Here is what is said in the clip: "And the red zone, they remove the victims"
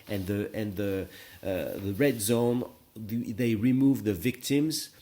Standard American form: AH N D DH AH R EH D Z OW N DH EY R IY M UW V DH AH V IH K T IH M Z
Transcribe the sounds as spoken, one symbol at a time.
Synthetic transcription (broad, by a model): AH N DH DH AH R EH D Z OW N DH EY R IY M UW V DH AH V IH K T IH M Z